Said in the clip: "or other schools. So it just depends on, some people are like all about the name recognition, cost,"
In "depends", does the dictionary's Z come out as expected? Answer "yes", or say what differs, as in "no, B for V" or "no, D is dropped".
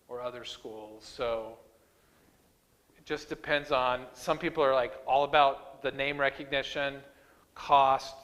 yes